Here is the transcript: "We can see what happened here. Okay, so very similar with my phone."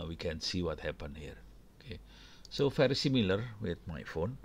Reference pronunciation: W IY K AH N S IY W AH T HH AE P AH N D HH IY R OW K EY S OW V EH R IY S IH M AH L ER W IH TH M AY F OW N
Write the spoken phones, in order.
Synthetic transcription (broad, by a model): W IY K AH N S IY W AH T HH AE P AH N HH IY R OW K EY S OW F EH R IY S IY M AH L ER W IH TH M AY F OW N